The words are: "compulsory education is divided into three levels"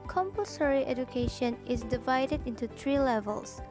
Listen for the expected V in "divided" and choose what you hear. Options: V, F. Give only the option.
V